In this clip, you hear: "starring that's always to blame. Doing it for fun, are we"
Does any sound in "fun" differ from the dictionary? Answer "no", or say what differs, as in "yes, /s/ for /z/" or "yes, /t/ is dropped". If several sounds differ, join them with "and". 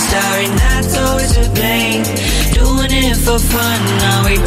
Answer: no